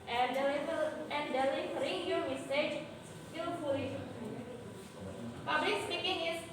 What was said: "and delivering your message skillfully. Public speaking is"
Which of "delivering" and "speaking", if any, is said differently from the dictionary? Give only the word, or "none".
delivering